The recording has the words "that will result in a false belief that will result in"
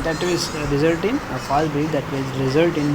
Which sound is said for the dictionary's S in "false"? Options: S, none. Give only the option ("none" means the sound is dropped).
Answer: none